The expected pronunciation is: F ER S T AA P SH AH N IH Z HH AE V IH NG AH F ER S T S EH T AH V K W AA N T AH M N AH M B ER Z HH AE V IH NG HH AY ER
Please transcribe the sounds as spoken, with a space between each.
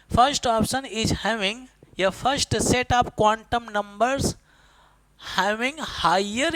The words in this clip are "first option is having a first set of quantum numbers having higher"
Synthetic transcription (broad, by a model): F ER S T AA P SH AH N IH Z HH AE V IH NG AH F ER S T S EH T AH P K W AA N T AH M N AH M B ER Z HH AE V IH NG HH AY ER